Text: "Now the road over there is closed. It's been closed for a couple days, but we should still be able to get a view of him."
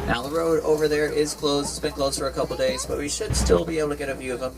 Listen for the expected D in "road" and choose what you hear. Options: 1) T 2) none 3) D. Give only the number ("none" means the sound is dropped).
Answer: 3